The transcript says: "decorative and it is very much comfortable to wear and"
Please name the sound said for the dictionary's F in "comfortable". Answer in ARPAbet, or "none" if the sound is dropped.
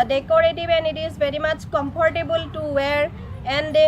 P